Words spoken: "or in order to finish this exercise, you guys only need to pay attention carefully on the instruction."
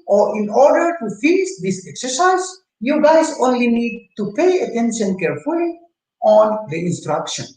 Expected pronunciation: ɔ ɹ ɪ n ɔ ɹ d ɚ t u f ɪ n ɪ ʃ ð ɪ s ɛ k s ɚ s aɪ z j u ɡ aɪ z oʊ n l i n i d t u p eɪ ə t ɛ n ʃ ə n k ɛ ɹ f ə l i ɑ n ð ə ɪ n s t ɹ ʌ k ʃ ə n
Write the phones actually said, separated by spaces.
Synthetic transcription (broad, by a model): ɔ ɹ ɪ n ɔ ɹ d ɚ t u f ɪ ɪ s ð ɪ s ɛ k s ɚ s aɪ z j u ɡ aɪ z oʊ n l i n i d t u p eɪ ə t ɛ n ʃ ə n k ɛ ɹ f ə l i ɑ n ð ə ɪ n s t ɹ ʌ k ʃ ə n